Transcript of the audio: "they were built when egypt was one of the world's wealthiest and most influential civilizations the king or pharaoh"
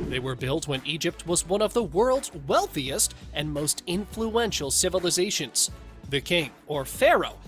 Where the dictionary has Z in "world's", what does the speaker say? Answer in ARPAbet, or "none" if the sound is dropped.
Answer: Z